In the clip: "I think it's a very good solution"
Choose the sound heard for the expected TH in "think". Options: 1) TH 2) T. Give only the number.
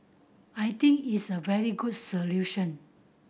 2